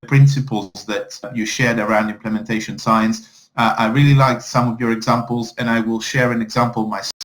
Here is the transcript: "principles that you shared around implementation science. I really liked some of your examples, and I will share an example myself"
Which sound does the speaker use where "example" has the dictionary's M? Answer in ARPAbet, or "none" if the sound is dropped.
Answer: M